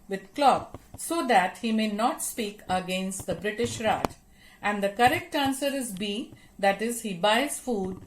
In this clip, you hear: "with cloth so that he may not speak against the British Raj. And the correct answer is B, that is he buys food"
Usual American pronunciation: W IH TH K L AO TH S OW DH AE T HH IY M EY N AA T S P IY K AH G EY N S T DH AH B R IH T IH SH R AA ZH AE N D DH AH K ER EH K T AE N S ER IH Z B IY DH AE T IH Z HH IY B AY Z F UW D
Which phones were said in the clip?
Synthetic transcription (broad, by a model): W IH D K L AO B S OW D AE T HH IY M EY N AA T S P IY K AH G EY N S T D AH B R IH T IH SH R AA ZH AE N D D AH K ER EH K T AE N S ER IH Z B IY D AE T IH Z HH IY B AY Z F UW D